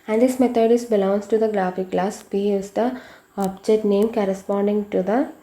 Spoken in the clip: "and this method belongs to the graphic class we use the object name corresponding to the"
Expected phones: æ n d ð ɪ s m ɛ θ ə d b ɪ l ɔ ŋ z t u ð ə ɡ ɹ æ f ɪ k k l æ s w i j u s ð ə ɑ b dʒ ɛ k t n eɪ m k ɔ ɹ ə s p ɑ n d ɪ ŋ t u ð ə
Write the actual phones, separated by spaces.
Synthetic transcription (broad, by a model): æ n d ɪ s m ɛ t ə d b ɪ l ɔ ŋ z t u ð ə ɡ ɹ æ f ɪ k k l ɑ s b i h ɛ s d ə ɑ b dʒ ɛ t n eɪ m k ɔ ɹ ə s p ɑ n d ɪ ŋ t u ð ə